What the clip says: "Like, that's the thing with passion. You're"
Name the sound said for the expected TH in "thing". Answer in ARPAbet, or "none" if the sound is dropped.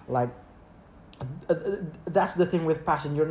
TH